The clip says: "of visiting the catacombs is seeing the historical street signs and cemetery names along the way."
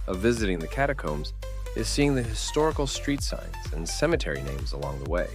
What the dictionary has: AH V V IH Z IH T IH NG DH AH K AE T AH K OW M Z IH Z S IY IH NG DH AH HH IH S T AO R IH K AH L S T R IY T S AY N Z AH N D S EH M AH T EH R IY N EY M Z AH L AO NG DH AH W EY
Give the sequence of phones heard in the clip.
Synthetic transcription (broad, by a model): AH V V IH Z IH T IH NG DH AH K AE T AH K OW M Z IH Z S IY IH NG DH AH HH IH S T AO R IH K L S T R IY T S AY N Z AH N S EH M AH T EH R IY N EY M Z AH L AO NG DH AH W EY